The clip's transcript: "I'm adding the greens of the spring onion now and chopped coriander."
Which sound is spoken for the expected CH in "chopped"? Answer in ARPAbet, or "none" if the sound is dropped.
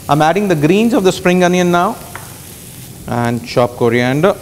SH